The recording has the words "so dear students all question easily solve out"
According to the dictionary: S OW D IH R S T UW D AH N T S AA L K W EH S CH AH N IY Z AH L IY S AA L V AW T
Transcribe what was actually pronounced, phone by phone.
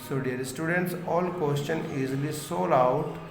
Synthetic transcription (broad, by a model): S OW D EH R S T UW D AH N T S AA L K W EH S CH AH N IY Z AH L IY S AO L AW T